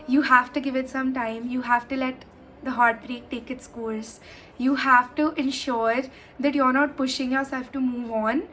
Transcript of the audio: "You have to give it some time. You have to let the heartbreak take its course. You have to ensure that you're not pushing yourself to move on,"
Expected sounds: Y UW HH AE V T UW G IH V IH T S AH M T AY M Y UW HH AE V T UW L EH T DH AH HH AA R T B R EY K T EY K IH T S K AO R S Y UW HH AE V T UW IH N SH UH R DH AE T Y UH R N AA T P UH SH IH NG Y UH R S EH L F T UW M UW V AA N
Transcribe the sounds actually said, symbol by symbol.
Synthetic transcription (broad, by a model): Y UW HH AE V T UW G IH V IH T S AH M T AY M Y UW HH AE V T UW L EH T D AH HH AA R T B R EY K T EY K IH T S K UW L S Y UW HH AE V T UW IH N SH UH R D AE T Y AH R N AA T P UH SH IH NG Y UH R S EH L F T UW M UW V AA N